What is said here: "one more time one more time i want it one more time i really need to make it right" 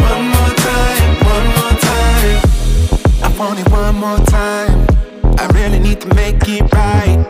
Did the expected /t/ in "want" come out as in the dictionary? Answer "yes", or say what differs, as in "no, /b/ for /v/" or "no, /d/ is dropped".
no, /t/ is dropped